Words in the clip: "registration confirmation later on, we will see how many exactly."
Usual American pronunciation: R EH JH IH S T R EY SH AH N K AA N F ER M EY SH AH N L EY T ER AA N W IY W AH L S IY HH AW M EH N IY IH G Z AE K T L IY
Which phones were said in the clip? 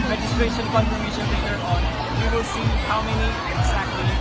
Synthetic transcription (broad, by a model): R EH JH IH S T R EY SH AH N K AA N P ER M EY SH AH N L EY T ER AA N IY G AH S IY HH AW M EH N IY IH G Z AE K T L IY